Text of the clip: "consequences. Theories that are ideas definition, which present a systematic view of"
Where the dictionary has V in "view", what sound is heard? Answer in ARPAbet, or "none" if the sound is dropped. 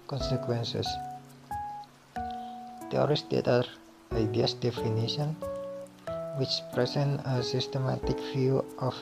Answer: F